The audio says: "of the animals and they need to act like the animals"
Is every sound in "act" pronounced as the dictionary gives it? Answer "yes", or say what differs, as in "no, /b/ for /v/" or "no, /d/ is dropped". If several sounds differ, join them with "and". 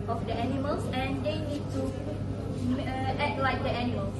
no, /k/ is dropped